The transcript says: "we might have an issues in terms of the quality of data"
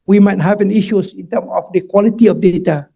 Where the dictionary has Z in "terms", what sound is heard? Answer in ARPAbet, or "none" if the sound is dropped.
none